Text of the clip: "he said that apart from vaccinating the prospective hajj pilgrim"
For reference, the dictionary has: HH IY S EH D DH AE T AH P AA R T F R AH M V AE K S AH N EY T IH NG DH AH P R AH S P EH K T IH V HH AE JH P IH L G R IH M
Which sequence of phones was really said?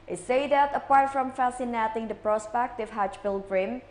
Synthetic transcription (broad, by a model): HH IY S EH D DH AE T AH P AA R T F R AH M F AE S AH N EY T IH NG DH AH P R AH S P EH K T IH V HH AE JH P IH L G R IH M